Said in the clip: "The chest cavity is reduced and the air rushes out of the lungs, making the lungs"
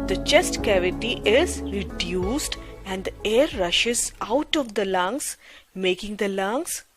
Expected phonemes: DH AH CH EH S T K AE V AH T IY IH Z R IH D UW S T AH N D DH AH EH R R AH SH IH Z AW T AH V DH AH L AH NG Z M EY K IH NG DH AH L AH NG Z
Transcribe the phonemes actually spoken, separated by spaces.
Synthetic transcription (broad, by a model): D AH CH EH S T K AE V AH T IY IH Z R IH D UW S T AH N D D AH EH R R AH SH IH Z AW T AH V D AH L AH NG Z M EY K IH NG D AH L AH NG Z